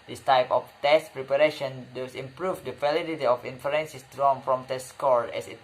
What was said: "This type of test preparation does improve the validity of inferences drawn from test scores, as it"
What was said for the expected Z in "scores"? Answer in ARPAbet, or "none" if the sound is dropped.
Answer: none